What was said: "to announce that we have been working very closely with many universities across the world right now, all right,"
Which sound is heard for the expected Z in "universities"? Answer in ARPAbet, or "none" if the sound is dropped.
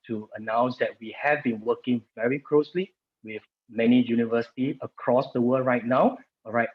none